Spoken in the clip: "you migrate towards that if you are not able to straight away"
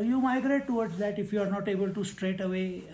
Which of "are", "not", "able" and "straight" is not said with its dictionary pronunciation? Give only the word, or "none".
none